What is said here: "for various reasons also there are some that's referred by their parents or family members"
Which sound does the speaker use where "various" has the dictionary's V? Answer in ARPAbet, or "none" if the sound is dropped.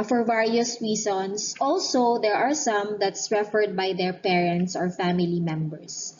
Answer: V